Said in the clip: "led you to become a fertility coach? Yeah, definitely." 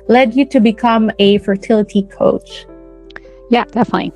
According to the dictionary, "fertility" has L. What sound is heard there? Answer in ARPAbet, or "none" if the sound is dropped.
L